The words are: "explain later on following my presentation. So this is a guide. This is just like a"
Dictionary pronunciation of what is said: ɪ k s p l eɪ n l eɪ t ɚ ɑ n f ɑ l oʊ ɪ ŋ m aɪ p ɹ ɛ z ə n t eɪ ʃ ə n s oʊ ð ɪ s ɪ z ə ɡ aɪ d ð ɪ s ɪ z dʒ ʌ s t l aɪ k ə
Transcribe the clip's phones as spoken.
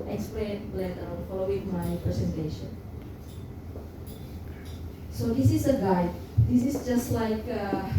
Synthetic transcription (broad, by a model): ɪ k s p l eɪ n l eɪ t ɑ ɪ l f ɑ l oʊ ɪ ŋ m aɪ p ɹ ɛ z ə n t eɪ ʃ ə n s oʊ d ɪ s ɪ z ə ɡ aɪ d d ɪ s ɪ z dʒ ʌ s t l aɪ k